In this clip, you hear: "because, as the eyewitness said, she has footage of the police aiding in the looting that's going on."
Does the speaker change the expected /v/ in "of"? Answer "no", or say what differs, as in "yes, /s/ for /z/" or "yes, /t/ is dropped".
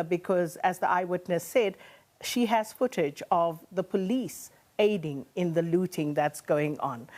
no